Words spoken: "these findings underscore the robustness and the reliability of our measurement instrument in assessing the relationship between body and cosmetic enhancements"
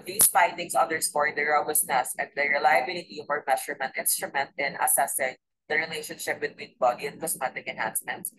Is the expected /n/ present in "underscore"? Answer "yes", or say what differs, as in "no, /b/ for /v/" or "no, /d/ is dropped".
no, /n/ is dropped